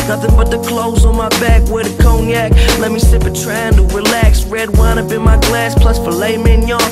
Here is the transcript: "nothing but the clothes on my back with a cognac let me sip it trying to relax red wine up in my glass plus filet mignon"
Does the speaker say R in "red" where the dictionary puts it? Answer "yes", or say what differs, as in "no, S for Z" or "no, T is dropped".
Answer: yes